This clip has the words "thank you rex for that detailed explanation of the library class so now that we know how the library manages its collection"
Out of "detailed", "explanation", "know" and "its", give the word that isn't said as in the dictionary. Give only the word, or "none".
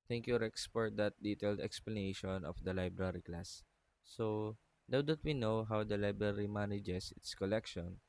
none